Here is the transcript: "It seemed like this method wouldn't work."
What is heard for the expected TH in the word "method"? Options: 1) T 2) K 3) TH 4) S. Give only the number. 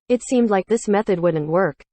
3